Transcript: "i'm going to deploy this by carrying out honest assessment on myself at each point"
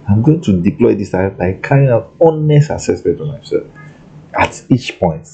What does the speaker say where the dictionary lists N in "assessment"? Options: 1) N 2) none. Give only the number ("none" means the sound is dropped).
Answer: 2